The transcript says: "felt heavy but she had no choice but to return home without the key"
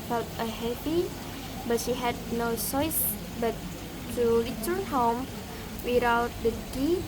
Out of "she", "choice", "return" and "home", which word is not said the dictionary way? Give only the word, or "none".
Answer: return